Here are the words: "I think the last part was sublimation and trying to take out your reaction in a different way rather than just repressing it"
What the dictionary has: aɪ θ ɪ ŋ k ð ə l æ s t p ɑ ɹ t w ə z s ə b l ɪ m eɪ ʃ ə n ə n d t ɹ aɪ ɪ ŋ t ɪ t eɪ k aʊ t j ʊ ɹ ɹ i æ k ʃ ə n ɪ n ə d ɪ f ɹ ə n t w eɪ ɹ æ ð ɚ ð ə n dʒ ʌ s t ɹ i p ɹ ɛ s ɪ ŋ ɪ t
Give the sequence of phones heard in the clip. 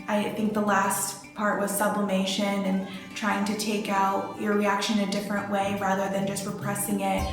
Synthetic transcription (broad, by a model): aɪ θ ɪ ŋ k ð ə l æ s t p ɑ ɹ t w ə z s ə b l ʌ m eɪ ʃ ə n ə n t ɹ aɪ ɪ ŋ t ɪ t eɪ k aʊ t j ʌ ɹ ɹ i æ k ʃ ə n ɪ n ə d ɪ f ɹ ə n t w eɪ ɹ æ ð ɚ ð ə n dʒ ʌ s t ɹ i p ɹ ɛ s ɪ ŋ ɪ t